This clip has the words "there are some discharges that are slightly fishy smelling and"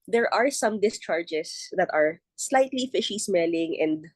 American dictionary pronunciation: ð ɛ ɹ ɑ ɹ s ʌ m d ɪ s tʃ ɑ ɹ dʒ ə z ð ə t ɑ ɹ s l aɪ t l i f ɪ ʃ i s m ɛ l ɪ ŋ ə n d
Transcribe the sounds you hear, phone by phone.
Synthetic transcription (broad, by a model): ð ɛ ɹ ɑ ɹ s ʌ m d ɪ s tʃ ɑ ɹ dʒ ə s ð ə t ɑ ɹ s l aɪ t l i f ɪ ʃ i s m ɛ l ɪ ŋ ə n d